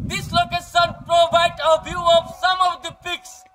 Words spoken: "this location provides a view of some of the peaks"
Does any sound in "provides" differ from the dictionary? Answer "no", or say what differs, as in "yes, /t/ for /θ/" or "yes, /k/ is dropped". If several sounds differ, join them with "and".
yes, /z/ is dropped